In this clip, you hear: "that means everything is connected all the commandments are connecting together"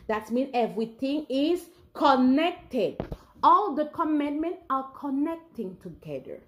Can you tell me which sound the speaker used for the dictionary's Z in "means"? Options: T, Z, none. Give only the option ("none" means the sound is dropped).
none